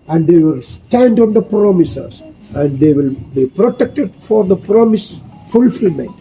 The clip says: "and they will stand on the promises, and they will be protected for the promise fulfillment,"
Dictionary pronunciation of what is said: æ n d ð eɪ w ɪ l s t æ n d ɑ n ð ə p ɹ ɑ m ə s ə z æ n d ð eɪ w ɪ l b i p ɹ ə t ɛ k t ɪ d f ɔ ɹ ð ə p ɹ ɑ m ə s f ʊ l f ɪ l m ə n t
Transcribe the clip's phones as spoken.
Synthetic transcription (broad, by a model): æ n d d eɪ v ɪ l s t æ n d ɑ n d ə p ɹ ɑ m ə s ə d æ n d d eɪ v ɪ l b i p ɹ ə t ɛ k t ɪ d f ɔ ɹ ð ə p ɹ ɑ m ə s f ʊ l f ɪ l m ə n